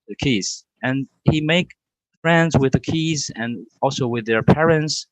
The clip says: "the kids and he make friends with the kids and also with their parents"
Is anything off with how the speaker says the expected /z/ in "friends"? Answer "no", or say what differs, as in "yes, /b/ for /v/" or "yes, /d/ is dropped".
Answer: no